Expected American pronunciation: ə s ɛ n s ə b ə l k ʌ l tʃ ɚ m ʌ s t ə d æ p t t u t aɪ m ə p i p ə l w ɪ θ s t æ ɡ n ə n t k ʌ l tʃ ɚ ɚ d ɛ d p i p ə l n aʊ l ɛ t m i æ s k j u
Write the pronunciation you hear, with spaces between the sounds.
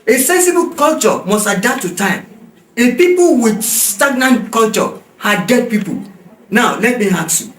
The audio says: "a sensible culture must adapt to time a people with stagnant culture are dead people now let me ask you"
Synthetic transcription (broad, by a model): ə s ɛ n s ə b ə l k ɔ l tʃ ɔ m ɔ s t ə d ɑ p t t u t aɪ m ə p i p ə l w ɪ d s t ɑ ɡ n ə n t k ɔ l tʃ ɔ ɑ d ɛ d p i p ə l n aʊ l ɛ t m i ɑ k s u